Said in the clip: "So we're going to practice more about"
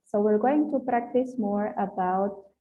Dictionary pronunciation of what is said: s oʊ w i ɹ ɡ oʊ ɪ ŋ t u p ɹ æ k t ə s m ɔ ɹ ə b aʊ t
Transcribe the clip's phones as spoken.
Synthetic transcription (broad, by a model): s oʊ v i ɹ ɡ oʊ ɪ ŋ t u p ɹ æ k t ə s m ɔ ɹ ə b aʊ t